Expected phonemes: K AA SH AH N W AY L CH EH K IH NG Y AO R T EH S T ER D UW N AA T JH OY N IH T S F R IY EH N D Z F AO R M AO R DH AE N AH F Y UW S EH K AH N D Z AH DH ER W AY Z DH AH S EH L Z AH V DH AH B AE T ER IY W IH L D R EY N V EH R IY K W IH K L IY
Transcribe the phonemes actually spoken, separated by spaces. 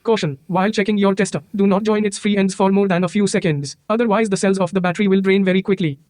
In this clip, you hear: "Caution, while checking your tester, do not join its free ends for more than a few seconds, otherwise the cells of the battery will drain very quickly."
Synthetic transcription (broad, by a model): K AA SH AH N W AY L CH EH K IH NG Y AO R T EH S T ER D UW N AA T JH OY N IH T S F R IY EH N D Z F AO R M AO R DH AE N AH F Y UW S EH K AH N D Z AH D ER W AY Z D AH S EH L Z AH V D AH B AE T ER IY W IH L D R EY N V EH R IY K W IH K L IY